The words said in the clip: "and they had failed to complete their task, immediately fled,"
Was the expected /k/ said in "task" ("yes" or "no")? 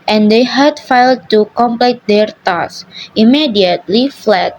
no